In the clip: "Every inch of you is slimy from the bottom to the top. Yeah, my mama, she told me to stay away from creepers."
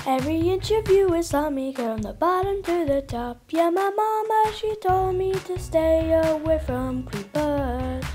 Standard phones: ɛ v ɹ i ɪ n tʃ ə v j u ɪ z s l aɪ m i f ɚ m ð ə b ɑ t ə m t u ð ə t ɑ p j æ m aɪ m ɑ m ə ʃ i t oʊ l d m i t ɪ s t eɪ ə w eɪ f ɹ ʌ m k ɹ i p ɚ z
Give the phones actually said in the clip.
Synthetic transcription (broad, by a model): ɛ v ɹ i ɪ n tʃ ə v j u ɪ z s aɪ m i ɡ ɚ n ð ə b ɑ t ə m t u ð ə t ɑ p j æ m aɪ m ɑ m ə ʃ i t oʊ l d m i t ɪ s t eɪ ə w eɪ f ɹ ʌ m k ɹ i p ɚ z